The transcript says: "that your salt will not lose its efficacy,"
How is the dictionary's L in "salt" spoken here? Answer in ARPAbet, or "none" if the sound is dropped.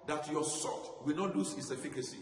none